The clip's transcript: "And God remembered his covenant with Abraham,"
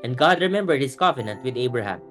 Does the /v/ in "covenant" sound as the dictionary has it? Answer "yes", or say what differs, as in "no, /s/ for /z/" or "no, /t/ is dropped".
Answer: no, /f/ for /v/